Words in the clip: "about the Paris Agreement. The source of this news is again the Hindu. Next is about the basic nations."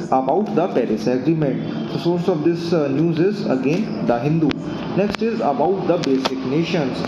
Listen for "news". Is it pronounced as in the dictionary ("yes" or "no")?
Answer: yes